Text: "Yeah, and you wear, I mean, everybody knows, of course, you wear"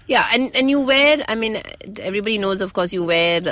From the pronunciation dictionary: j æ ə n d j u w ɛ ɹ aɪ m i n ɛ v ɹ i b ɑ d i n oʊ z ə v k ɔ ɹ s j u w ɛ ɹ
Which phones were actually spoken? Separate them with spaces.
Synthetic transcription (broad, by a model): j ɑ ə n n j u w ɛ ɹ aɪ m i n ɛ v ɹ i b ɑ d i n oʊ z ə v k ɔ s j u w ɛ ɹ